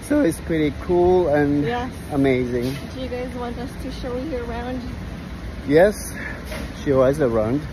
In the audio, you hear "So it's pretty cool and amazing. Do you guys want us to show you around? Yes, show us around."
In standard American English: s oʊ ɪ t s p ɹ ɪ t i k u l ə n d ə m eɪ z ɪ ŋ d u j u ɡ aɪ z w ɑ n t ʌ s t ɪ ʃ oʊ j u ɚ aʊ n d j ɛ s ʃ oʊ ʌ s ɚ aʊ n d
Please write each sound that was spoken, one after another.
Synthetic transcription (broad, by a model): s oʊ ɪ t s p ɹ ɪ t i k u l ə n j ə m eɪ z ɪ ŋ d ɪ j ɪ ɡ aɪ z w ɑ n t ʌ s t ɪ ʃ oʊ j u ɚ aʊ n d j ɛ s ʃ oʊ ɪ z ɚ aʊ n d